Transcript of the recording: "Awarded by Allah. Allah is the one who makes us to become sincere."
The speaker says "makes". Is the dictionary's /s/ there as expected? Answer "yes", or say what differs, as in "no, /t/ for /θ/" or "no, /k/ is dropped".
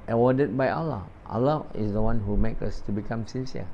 no, /s/ is dropped